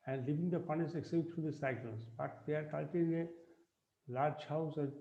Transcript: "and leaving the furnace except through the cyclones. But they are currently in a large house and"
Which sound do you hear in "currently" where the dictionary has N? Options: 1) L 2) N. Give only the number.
1